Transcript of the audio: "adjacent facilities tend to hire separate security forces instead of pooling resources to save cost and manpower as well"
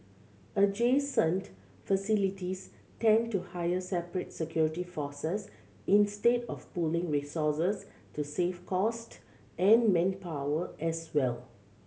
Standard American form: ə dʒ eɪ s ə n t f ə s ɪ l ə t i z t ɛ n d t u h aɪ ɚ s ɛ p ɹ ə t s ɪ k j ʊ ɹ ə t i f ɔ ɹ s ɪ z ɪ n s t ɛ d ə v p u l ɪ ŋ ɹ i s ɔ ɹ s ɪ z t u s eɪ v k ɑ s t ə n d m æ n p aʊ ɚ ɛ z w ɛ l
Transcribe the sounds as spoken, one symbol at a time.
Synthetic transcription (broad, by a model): ə dʒ eɪ s ə n t f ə s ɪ l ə t i s t ɛ n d t u h aɪ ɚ s ɛ p ɹ ə t s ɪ k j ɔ ɹ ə t i f ɔ s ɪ s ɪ n s t ɛ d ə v p u l ɪ ŋ ɹ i s ɔ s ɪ s t u s eɪ f k ɑ s t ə n m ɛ n p aʊ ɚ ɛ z w ɛ l